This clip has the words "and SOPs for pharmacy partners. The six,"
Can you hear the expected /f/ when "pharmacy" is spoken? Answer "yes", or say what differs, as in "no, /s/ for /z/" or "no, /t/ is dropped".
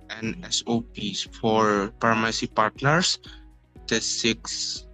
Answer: no, /p/ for /f/